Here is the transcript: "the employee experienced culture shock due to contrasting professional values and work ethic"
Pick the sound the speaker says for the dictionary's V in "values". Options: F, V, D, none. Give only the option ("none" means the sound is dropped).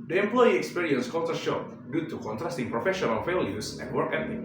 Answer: F